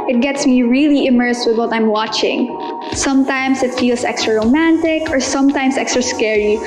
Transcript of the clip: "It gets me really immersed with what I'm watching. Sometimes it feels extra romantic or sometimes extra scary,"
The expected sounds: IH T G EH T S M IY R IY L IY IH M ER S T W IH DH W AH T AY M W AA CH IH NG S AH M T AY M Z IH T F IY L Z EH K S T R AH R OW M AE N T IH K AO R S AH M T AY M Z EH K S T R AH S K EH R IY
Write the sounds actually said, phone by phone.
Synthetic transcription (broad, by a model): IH T G EH T S M IY R IY L IY IH M ER S T W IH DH W AH T AY M W AA CH IH NG S AH M T AY M S IH T F IY L S EH K S T R AH R OW M AE N T IH K AO R S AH M T AY M S EH K S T R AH S K EH R IY